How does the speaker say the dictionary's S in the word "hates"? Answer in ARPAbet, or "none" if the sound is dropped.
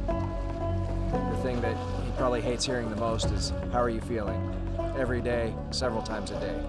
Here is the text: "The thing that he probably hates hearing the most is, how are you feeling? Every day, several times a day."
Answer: S